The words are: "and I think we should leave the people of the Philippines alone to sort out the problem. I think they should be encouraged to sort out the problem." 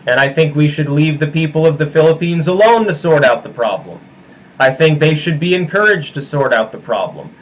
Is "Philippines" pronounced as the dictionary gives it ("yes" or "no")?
yes